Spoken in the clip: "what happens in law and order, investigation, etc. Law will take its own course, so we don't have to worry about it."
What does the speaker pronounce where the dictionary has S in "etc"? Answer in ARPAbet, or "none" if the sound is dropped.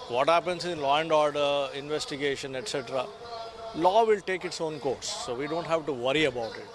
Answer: S